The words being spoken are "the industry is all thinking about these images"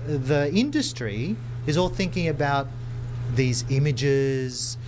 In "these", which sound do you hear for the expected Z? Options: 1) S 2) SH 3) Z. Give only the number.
3